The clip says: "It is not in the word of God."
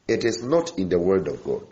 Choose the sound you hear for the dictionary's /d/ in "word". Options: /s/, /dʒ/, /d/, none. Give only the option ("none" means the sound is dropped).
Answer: /d/